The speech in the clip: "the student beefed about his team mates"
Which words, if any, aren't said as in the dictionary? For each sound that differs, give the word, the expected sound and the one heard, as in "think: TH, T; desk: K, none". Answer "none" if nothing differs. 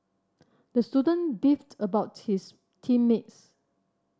his: Z, S